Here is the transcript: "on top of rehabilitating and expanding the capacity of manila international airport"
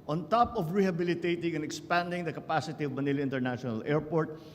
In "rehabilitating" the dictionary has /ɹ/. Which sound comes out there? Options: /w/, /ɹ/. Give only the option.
/ɹ/